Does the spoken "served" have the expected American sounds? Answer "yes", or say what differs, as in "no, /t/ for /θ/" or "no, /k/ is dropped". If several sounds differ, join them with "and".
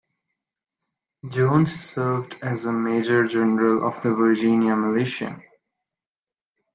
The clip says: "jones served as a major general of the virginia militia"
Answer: yes